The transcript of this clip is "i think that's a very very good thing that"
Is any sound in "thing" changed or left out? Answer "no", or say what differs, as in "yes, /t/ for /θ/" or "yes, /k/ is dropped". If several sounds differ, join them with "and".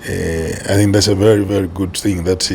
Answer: no